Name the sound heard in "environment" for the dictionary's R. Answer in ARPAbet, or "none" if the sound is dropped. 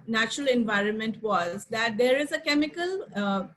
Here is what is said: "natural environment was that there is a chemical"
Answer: R